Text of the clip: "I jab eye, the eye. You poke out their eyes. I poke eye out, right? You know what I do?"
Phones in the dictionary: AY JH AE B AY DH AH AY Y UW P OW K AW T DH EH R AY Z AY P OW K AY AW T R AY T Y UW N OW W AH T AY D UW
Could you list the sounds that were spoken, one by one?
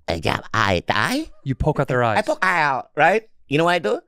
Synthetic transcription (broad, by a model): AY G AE AY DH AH AY Y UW P OW K AW T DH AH R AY AY P OW K AY AW T R AY T Y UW N OW W AH T AY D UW